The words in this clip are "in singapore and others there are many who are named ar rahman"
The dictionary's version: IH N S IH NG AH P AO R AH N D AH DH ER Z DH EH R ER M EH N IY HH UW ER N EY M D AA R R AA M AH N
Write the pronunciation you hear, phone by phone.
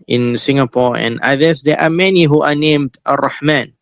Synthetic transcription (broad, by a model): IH N S IH NG AH P AO R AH N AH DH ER S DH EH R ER M EH N IY HH UW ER N EY M D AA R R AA M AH N